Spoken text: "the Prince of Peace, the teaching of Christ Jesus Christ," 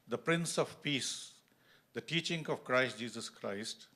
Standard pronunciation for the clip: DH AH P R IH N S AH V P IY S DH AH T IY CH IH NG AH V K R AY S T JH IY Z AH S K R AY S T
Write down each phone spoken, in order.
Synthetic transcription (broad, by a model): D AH P R IH N S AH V P IY S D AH T IY CH IH NG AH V K R AY S T JH IY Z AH S K R AY S T